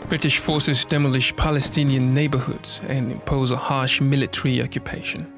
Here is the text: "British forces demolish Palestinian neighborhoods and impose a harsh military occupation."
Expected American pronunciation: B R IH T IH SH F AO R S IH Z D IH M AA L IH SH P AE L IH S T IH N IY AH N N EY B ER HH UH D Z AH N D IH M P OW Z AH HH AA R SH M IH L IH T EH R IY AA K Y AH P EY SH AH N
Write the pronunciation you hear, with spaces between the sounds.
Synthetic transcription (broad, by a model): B R IH T IH SH F AO R S IH Z D IH M AA L IH SH P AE L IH S T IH N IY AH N N EY B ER HH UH D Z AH N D IH M P OW Z AH HH AA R SH M IH L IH T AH R IY AA K Y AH P EY SH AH N